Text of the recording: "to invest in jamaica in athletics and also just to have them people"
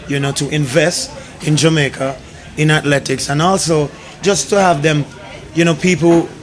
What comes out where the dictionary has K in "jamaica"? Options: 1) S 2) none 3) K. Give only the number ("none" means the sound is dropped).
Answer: 3